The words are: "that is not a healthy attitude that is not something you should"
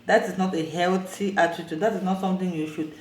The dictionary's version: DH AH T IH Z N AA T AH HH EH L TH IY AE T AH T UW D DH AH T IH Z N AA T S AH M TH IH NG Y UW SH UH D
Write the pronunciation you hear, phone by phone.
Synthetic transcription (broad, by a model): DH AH T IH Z N AA T AH HH EH L T IY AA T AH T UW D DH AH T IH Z N AA T S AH M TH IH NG Y UW SH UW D